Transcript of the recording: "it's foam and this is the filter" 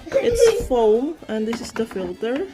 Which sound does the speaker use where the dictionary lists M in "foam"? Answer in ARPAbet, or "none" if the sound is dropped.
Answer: M